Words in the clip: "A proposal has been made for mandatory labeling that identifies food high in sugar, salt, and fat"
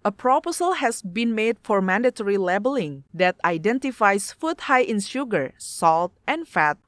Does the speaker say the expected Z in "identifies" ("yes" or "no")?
no